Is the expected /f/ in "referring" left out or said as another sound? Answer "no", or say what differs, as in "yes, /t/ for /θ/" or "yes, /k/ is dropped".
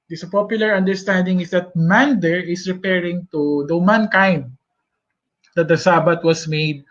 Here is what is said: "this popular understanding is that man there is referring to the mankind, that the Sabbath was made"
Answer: yes, /p/ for /f/